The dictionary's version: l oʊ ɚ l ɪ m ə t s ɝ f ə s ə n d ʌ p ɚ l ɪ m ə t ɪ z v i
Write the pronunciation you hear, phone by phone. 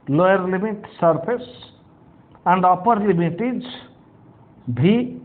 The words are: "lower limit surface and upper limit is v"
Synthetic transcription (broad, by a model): l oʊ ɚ l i m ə t s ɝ p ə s ə n d ʌ p ɚ l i m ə t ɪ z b i